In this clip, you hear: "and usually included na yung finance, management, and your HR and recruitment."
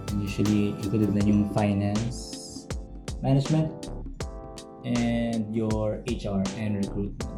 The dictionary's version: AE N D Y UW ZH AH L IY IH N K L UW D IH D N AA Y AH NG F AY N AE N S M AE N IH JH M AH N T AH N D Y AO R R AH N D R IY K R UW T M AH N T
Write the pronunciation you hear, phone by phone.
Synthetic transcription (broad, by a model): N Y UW SH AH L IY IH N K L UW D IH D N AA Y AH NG F AY N AE N S M AE N IH JH M AH N T AH N D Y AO R R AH N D R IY K R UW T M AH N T